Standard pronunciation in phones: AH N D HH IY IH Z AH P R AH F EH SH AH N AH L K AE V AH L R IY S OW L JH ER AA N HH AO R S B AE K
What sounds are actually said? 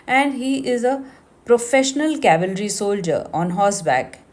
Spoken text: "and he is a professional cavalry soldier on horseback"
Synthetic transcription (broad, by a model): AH N D HH IY IH Z AH P R AH F EH SH AH N AH L K AE V AH L R IY S OW L JH ER AA N HH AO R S B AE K